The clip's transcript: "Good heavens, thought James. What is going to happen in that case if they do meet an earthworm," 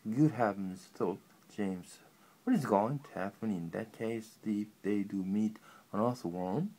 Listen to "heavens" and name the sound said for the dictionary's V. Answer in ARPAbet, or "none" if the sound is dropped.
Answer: P